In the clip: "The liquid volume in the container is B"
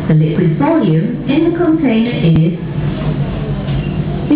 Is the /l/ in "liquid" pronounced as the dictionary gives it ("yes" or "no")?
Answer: no